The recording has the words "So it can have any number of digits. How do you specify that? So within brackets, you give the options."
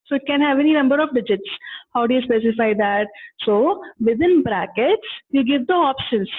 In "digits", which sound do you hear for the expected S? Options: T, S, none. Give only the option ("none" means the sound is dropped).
S